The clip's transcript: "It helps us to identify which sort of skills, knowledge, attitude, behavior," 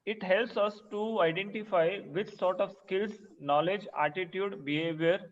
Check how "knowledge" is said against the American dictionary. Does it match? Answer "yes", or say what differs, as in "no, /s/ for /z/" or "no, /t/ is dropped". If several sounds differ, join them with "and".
yes